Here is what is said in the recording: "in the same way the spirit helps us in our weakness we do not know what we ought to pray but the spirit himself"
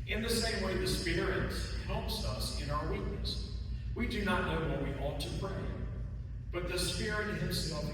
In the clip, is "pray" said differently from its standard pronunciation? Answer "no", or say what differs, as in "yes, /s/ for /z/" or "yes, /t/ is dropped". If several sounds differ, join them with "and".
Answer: yes, /b/ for /p/